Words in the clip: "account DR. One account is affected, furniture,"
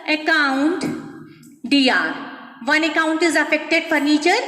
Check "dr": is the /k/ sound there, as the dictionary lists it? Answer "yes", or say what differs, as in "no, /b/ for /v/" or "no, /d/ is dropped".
no, /k/ is dropped